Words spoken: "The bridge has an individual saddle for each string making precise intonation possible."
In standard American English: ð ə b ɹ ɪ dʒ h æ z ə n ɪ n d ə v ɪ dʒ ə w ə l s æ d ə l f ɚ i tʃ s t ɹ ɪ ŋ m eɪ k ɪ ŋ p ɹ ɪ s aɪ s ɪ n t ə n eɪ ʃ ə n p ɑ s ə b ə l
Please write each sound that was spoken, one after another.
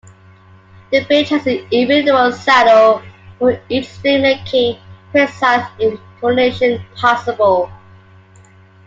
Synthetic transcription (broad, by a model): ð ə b ɪ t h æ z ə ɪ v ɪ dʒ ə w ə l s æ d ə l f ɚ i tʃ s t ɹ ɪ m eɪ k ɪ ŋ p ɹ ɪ s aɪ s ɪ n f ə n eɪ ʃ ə n p ɑ s ə b ə l